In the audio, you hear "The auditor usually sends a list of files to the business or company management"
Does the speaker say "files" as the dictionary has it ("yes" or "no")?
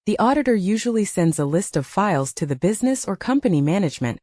yes